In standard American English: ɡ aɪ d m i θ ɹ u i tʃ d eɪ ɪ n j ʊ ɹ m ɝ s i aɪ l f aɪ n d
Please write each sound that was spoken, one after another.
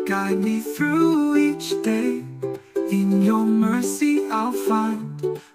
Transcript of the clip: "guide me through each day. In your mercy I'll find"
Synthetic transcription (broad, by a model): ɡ aɪ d m i θ ɹ u i tʃ d eɪ ɪ n j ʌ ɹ m ɝ s i aɪ l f aɪ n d